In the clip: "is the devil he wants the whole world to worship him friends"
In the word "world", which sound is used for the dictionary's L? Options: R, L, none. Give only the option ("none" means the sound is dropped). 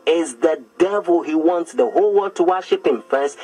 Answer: none